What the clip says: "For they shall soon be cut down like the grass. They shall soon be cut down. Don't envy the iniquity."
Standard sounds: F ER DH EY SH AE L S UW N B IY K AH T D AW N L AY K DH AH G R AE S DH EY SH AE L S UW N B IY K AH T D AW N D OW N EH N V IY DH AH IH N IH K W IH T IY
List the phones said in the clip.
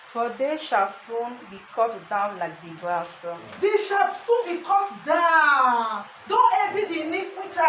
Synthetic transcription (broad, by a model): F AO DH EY SH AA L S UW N B IY K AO T D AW N L AY K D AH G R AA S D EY SH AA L S UW N B IY K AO T D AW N D OW N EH V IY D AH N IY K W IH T